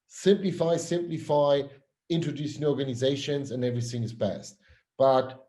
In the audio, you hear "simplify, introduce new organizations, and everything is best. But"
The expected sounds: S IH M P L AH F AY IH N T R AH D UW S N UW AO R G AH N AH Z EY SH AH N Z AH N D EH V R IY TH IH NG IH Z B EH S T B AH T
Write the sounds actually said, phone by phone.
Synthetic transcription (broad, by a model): S IH M P L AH F AY IH N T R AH D UW S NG AO R G AH N AH Z EY SH AH N Z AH N EH V R IY TH IH NG IH Z B EH S T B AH T